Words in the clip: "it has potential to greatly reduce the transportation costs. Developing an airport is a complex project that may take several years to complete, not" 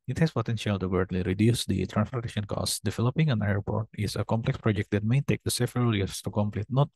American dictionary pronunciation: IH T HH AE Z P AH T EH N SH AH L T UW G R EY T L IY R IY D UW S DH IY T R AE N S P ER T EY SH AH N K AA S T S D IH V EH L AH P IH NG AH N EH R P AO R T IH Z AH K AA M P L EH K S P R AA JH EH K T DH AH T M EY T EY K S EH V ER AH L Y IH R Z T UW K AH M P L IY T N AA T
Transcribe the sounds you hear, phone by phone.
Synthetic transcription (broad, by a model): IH T HH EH S P AH T EH N SH AH L T UW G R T L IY R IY D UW S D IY T R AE N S F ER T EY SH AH N K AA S S D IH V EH L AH P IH NG AH N EH R P AO R T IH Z AH K AA M P L EH K S P R AA JH EH K T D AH T M EY T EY K S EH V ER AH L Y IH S T UW K AH M P L IY T N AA T